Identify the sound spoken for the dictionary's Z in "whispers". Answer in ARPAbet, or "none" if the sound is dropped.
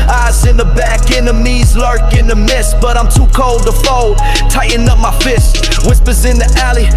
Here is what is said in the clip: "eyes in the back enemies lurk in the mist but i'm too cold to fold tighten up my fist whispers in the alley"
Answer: Z